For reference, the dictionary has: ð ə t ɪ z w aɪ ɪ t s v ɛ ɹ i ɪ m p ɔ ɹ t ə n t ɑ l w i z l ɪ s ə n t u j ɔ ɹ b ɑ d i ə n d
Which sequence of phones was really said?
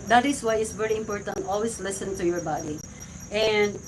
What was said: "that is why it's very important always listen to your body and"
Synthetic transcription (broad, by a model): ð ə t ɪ s w aɪ ɪ t s v ɛ ɹ i ɪ m p ɔ ɹ t ə n t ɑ l w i s l ɪ s ə n t u j ɔ ɹ b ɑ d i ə n d